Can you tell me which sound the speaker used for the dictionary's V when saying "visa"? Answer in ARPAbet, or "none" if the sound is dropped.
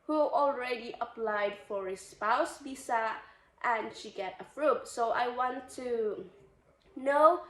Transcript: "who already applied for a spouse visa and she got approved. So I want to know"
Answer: B